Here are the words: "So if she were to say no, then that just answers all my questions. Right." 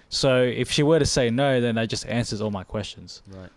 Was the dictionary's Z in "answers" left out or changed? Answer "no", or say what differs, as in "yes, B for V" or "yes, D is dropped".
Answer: no